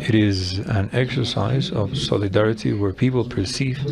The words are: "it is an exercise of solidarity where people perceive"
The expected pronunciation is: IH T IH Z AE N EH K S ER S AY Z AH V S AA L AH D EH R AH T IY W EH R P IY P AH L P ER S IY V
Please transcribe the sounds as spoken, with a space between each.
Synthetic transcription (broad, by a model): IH T IH Z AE N EH K S ER S AY Z AH V S AA L AH D EH R AH T IY W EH R P IY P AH L P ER S IY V